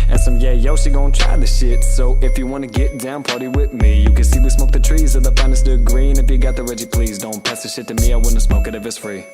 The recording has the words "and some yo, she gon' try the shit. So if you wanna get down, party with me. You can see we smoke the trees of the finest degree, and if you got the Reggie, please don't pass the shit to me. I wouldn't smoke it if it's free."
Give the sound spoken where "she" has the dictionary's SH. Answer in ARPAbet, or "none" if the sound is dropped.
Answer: S